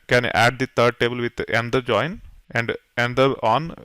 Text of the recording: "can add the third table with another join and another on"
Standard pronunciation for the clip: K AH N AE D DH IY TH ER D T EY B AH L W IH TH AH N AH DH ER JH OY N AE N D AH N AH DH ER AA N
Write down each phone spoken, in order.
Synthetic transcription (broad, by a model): K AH N AE D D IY T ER D T EY B AH L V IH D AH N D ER JH OY N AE N D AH N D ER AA N